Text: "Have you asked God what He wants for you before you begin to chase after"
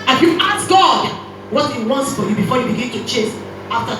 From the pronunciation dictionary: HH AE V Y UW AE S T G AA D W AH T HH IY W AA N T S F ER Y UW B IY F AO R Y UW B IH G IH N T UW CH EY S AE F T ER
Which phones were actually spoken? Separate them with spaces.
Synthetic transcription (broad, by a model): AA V Y UW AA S G AA D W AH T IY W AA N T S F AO Y UW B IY F AO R Y UW B IH G IH N T UW CH EY S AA F T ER